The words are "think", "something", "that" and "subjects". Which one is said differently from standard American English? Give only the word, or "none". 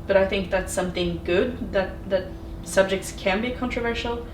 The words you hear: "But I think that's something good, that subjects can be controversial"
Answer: none